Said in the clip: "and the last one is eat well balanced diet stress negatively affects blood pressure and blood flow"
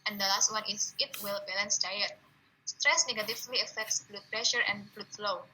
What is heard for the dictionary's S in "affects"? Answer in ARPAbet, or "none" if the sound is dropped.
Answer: S